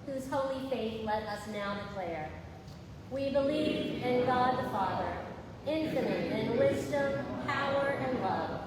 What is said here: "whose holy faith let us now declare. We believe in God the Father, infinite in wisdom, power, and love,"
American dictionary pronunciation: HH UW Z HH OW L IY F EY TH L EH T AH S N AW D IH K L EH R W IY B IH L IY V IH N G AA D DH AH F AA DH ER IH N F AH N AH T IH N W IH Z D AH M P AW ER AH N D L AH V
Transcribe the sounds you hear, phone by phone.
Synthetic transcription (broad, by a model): HH UW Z HH OW L IY F EY TH L EH T AH S N AW D IH K L EH R W IY B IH L IY V IH N G AA D DH AH F AA DH ER IH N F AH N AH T IH N W IH Z D AH M P AW ER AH N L AH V